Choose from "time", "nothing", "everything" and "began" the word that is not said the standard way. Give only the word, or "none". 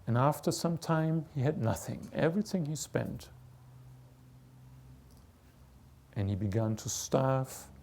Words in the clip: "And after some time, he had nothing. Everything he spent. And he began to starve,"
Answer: none